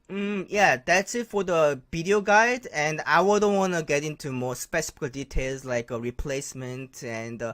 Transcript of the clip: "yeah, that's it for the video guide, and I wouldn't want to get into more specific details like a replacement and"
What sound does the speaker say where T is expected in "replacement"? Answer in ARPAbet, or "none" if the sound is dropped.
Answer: T